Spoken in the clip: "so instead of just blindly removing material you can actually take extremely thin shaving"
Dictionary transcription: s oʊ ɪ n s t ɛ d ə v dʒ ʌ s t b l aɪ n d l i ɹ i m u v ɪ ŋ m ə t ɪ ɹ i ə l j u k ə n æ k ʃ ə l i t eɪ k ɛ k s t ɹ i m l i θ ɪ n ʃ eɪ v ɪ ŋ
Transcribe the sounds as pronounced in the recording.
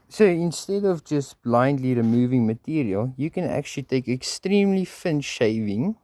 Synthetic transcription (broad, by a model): s oʊ ɪ n s t ɛ d ə v dʒ ʌ s t b l aɪ n d l i ɹ i m u v ɪ ŋ m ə t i ɹ i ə l j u k ə n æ k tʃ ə l i t eɪ k ɛ k s t ɹ i m l i f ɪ n ʃ eɪ v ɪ ŋ